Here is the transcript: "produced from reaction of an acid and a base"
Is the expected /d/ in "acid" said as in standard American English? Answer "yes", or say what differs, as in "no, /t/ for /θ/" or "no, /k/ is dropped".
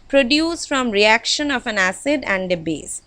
yes